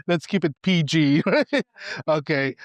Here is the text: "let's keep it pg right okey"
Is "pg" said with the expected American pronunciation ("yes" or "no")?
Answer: yes